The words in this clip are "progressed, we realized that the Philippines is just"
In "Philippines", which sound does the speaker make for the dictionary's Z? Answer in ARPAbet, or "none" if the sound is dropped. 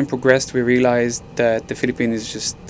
none